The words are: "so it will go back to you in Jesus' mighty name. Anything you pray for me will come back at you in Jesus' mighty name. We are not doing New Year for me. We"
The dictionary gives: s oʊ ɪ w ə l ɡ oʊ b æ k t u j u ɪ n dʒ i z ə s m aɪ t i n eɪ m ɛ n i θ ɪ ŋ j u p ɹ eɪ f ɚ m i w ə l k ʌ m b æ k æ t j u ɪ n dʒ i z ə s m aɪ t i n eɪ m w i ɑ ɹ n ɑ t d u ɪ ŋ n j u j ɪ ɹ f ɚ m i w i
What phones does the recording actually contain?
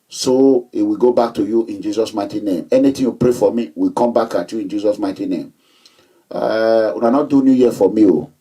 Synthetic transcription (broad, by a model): s oʊ ɪ w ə ɡ oʊ b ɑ k t u j u ɪ n dʒ i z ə s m aɪ t i n eɪ m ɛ n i t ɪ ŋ j u p ɹ eɪ f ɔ m i w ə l k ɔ m b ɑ k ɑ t j u ɪ n dʒ i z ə s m aɪ t i n eɪ m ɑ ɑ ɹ n ɑ t d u n j u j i f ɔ m i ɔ